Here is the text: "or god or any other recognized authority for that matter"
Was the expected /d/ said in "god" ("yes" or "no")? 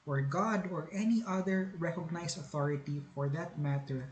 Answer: yes